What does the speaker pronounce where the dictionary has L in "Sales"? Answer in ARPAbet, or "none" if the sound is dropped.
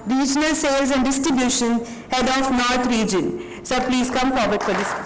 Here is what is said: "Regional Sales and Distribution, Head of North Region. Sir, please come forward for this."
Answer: L